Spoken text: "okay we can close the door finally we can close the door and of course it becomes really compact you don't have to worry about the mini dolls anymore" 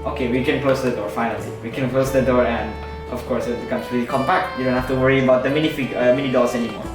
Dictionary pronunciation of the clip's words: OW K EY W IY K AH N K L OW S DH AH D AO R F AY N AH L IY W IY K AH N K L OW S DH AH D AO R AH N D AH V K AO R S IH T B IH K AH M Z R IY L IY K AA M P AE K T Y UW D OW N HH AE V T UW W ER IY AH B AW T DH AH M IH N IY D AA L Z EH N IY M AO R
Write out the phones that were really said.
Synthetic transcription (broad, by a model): OW K EY W IY K AH N K L OW S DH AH D AO R F AY N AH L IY W IY K AH N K L OW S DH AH D AO R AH N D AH F K AO R S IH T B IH K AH M S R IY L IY K AA M P AE K T Y UW D OW N HH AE F T UW W ER IY AH B AW T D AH M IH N IY D AA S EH N IY M AO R